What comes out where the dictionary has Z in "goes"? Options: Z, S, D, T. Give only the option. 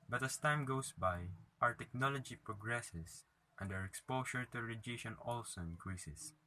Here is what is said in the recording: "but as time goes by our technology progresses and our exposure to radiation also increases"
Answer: S